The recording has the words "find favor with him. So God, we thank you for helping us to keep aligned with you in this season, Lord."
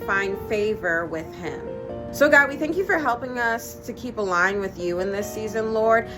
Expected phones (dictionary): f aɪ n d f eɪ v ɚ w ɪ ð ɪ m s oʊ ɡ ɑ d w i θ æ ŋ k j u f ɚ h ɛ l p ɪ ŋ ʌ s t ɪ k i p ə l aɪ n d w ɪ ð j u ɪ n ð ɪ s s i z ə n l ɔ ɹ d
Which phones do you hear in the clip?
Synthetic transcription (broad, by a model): f aɪ n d f eɪ v ɚ w ɪ ð ɪ m s oʊ ɡ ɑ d w i θ æ ŋ k j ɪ f ɚ h ɛ l p ɪ ŋ ʌ s t ɪ k i p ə l aɪ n w ɪ ð j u ɪ n ð ɪ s s i z ə n l ɔ ɹ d